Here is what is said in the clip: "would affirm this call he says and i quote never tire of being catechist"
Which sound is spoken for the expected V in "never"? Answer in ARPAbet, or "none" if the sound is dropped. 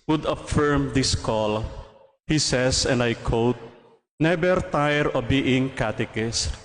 B